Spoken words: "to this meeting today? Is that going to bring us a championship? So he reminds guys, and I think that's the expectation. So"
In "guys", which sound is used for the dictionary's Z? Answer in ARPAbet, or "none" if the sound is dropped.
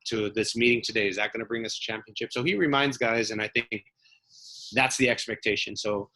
Z